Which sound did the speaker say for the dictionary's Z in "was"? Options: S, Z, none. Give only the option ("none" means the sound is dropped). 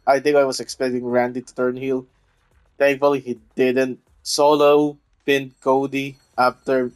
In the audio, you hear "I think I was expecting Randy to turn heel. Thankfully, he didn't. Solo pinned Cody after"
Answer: S